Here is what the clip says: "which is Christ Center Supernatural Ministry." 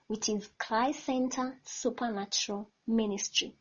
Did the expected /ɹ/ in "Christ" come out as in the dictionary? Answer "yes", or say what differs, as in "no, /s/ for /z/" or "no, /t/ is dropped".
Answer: no, /l/ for /ɹ/